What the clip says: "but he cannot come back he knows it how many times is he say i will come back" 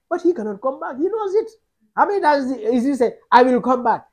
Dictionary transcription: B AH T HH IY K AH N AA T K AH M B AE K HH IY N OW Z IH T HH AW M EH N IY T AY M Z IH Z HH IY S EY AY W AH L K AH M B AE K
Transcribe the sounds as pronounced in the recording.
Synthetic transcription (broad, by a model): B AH T HH IY K AH N AA T K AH M B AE K HH IY N OW Z IH T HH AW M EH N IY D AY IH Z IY S EY AY W AH L K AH M B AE K